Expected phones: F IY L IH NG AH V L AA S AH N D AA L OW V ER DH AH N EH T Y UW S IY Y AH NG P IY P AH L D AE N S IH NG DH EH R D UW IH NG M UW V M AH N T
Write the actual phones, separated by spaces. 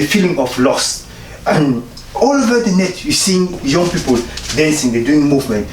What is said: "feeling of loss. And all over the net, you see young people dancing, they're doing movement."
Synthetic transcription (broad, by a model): F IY L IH NG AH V L AA S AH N AA L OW V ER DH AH N EH T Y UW S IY Y AH NG P IY P AH L D AE N S IH NG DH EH D UW IH NG M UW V M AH N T